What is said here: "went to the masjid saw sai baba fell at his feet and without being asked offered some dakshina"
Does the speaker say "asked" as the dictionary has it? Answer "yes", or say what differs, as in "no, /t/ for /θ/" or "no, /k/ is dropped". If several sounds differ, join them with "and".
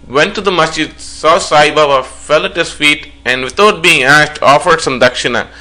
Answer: yes